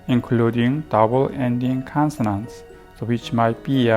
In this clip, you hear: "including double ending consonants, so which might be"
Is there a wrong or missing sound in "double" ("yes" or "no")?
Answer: no